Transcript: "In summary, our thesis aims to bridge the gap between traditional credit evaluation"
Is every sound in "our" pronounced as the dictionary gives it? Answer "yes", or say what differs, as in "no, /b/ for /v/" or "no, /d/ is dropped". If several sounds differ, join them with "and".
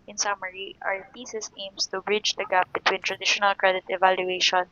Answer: yes